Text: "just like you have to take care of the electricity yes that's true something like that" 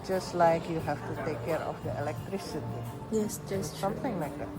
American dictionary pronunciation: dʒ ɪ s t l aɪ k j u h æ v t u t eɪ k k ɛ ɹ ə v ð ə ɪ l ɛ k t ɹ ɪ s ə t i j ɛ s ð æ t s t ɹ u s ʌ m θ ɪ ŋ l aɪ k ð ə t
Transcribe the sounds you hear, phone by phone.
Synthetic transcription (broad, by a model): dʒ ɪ s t l aɪ k j u h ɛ f t u t eɪ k k ɛ ɹ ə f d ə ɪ l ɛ k t ɹ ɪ s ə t i j ɛ s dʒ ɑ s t s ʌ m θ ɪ ŋ l aɪ k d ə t